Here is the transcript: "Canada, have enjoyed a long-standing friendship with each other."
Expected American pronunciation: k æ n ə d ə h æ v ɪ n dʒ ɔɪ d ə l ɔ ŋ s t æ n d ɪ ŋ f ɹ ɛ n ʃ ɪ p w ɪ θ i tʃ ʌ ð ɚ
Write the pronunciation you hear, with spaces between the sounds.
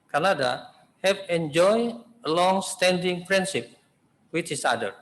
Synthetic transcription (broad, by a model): k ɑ n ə d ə h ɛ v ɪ n dʒ ɔɪ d ə l ɔ ŋ s t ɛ n d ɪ ŋ p ɹ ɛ n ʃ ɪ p w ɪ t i s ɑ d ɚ